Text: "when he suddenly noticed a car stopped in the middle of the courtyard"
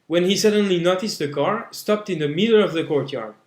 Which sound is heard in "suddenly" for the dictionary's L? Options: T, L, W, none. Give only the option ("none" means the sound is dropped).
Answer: L